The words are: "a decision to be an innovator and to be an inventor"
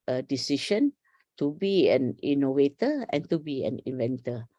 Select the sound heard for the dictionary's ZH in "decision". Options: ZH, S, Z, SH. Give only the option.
SH